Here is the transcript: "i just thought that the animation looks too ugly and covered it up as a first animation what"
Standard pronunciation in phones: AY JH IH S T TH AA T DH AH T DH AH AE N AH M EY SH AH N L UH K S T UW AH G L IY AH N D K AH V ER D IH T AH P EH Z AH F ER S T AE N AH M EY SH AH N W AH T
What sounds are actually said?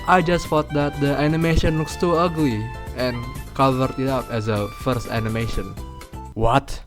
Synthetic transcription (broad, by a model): AY JH IH S T F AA T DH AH T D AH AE N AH M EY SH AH N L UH K S T UW AH G L IY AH N K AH V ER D IH T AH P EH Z AH F ER S T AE N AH M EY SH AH N W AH T